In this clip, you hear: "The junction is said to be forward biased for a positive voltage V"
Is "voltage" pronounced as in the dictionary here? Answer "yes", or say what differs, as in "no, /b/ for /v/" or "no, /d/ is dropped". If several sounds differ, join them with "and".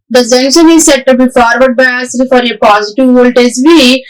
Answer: no, /z/ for /dʒ/